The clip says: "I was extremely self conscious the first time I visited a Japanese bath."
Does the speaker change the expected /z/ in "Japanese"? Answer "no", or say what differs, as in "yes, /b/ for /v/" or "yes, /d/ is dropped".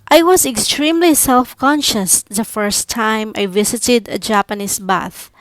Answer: yes, /s/ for /z/